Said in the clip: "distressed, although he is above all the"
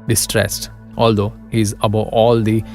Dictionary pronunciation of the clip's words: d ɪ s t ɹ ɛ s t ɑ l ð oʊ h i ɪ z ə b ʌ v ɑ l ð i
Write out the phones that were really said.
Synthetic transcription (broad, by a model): d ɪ s t ɹ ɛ s t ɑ l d oʊ h i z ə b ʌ ɑ l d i